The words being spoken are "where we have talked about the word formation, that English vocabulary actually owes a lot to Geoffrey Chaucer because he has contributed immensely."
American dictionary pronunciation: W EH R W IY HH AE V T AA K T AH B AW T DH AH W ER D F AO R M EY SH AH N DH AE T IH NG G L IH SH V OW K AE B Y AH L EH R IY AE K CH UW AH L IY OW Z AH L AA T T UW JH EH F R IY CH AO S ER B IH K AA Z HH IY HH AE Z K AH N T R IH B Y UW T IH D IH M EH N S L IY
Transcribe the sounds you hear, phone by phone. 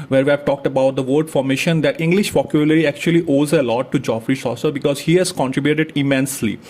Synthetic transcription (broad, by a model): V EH R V IY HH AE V T AA K T AH B AW T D AH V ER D F AO R M EY SH AH N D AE T IH NG G L IH SH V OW K Y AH L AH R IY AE K CH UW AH L IY OW Z AH L AA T T UW JH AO F R IY S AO S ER B IH K AA Z HH IY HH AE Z K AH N T R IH B Y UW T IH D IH M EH N S L IY